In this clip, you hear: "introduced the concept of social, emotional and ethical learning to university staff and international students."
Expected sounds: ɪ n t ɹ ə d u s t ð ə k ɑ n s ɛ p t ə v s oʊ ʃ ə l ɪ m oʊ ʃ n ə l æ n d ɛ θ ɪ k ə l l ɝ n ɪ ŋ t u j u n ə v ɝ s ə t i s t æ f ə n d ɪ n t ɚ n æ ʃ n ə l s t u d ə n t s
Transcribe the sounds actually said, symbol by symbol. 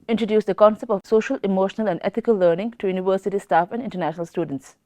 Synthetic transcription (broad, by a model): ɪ n t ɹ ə d u s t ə k ɑ n s ɛ p t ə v s oʊ ʃ ə l ɪ m oʊ ʃ n ə l æ n d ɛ t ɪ k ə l l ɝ n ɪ ŋ t u j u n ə v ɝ s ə t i s t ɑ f ə n d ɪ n t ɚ n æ ʃ n ə l s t u d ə n t s